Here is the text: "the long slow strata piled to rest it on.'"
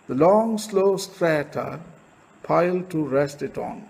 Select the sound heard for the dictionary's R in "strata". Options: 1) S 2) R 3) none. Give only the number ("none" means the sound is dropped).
2